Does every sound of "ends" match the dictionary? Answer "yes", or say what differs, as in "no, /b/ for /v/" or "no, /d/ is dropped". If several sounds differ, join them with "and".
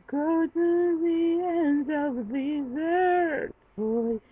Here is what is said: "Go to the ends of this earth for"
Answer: no, /z/ is dropped